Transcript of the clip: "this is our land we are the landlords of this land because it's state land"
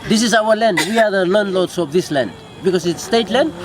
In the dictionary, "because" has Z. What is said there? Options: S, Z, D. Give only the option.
S